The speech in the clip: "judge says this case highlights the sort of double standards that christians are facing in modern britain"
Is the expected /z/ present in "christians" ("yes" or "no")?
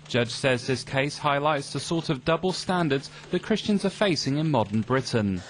yes